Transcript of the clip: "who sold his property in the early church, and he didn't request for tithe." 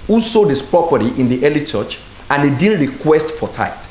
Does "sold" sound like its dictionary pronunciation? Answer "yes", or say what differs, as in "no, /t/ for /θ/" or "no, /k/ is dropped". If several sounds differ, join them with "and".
no, /l/ is dropped